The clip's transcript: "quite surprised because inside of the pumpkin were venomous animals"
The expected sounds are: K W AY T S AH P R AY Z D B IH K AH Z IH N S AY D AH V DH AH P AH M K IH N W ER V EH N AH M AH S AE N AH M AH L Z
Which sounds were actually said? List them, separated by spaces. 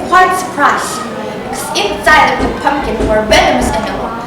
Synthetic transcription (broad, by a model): K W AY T S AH P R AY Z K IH AH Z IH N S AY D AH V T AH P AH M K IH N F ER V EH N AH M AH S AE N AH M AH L